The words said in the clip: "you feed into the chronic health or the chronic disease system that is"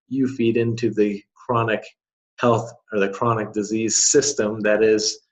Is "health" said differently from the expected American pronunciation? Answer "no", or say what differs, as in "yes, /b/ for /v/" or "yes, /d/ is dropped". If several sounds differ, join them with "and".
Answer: no